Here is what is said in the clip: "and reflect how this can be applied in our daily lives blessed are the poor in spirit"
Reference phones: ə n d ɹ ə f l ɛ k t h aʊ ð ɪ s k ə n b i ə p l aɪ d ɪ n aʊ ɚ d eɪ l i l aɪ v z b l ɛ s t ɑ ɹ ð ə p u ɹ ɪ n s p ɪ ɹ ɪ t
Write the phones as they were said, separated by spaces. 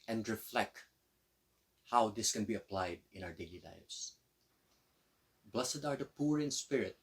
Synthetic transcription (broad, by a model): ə n d ɹ ə f l ɛ k t h aʊ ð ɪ s k ə n b i ə p l aɪ d ɪ n aʊ ɚ d eɪ l i l aɪ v s b l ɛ s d ɑ ɹ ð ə p u ɹ ɪ n s p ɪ ɹ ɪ t